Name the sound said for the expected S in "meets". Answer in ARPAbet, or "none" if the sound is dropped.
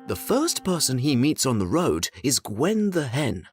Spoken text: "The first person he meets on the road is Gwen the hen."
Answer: S